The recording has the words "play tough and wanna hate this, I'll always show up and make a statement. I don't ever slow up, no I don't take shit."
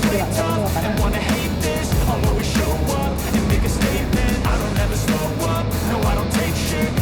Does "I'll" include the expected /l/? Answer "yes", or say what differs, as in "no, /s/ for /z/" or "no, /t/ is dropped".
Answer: no, /w/ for /l/